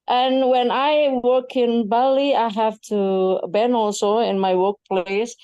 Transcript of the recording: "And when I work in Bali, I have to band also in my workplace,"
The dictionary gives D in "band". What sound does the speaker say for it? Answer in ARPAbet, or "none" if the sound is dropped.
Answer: none